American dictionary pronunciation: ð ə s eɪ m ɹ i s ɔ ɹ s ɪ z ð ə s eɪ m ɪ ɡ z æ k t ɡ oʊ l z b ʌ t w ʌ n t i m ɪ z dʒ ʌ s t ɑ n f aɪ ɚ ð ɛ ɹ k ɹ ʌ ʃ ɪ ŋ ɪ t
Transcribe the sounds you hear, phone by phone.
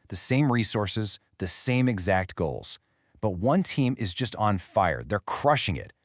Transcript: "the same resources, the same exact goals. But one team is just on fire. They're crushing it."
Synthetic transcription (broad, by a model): ð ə s eɪ m ɹ i s ɔ ɹ s ɪ z ð ə s eɪ m ɪ ɡ z æ k t ɡ oʊ l z b ʌ t w ʌ n t i m ɪ z dʒ ʌ s t n f aɪ ɚ ð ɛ ɹ k ɹ ʌ ʃ ɪ ŋ ɪ t